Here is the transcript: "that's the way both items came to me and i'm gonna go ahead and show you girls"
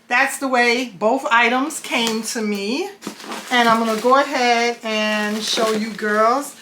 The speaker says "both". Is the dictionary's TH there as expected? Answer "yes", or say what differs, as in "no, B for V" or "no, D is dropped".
yes